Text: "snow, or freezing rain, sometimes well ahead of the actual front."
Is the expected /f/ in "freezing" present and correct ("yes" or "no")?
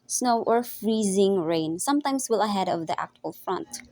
yes